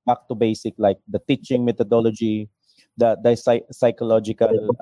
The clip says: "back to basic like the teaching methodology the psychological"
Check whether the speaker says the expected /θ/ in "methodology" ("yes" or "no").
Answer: no